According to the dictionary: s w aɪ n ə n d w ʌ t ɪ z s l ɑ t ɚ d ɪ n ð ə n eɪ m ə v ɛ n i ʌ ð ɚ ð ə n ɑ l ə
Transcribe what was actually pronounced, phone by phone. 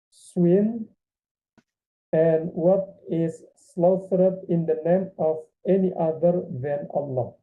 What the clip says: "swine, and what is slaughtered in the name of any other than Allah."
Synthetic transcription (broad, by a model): s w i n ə n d w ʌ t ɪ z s l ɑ s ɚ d ɪ n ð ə n eɪ m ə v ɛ n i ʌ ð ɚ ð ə n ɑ l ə